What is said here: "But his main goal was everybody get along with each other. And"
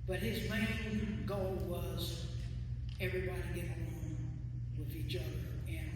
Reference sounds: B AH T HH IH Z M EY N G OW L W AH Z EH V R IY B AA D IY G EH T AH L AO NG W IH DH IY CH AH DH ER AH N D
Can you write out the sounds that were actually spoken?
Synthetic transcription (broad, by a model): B AH T HH IH Z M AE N G OW L W AH Z EH V R IY B AA D IY G EH T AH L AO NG W IH DH IY CH AH DH ER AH N